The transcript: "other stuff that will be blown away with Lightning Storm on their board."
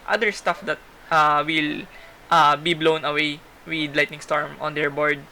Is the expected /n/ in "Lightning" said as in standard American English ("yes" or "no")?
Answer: yes